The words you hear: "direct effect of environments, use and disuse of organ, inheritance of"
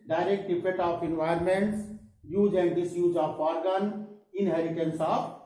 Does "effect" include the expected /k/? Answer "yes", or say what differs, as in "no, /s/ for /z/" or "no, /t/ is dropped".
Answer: no, /k/ is dropped